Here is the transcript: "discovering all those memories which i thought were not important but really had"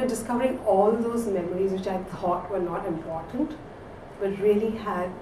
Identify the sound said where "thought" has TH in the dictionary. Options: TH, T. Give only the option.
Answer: T